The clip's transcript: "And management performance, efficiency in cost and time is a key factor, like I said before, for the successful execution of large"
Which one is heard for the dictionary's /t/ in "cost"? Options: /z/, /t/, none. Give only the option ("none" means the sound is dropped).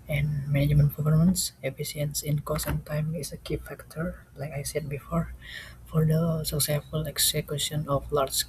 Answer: none